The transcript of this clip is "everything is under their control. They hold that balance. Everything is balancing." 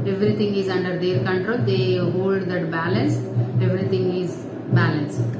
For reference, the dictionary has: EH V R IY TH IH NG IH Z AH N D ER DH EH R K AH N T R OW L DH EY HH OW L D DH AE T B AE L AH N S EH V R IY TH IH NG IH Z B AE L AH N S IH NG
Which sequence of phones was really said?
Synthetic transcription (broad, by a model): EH V R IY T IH NG IH Z AH N D ER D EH R K AH N T R OW L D EY HH OW L D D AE T B AE L AH N S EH V R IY T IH NG IH Z B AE L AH N S